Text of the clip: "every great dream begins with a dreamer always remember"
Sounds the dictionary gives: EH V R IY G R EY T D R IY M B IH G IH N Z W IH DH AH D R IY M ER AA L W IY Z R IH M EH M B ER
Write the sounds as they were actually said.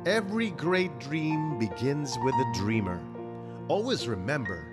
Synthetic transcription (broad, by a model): EH V R IY G R EY T D R IY M B IH G IH N Z W IH DH AH D R IY M ER AA L W IY Z R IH M EH M B ER